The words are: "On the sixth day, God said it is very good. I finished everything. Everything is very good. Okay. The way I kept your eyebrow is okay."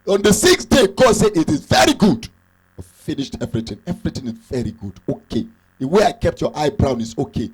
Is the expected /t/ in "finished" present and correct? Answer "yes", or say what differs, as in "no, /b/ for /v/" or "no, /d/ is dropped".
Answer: yes